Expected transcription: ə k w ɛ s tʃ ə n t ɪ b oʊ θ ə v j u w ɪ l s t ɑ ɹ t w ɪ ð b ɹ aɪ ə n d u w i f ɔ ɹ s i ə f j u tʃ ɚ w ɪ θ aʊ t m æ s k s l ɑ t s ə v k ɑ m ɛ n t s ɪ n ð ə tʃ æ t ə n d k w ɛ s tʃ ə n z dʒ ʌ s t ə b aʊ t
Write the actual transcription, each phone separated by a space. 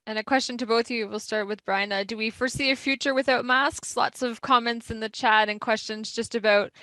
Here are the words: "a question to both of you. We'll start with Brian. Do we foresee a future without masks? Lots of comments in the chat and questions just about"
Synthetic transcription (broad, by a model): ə k w ɛ s tʃ ə n t ɪ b oʊ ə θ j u w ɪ l s t ɑ ɹ t w ɪ ð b ɹ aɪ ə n d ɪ w i f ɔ ɹ s i ə f j u tʃ ɚ w ɪ θ aʊ t m æ s k s l ɑ t s ə v k ɑ m ɛ n t s ɪ n ð ə tʃ æ t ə n k w ɛ s tʃ ə n z dʒ ʌ s t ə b aʊ t